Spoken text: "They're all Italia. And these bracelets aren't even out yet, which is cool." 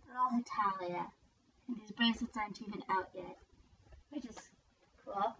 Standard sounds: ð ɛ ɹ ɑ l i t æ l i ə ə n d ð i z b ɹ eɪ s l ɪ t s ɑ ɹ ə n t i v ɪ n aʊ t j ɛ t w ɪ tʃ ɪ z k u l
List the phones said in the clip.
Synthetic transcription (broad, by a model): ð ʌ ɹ ɑ l i t æ l i ə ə n ð i z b ɹ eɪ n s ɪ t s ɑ ə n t i v ɪ n aʊ t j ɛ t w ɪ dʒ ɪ s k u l